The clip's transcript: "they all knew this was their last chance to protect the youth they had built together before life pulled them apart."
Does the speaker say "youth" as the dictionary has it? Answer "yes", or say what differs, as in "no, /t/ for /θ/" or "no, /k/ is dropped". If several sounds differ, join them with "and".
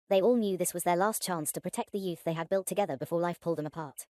yes